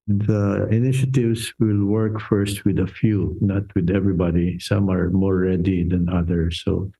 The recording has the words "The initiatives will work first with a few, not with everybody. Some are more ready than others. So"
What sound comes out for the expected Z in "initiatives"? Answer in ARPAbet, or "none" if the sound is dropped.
S